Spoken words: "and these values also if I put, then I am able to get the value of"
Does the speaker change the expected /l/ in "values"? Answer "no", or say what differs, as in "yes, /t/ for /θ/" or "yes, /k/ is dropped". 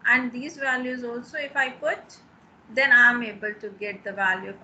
no